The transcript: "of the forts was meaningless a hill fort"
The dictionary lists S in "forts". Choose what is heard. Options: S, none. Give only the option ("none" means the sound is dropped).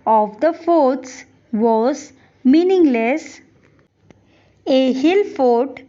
S